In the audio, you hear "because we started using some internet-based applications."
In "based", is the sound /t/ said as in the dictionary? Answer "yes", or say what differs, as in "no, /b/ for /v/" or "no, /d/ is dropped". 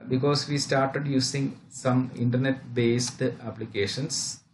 yes